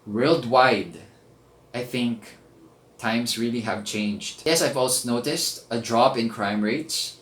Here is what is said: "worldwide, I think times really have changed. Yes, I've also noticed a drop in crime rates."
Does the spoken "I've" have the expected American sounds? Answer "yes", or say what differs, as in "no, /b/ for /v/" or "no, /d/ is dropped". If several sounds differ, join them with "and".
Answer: yes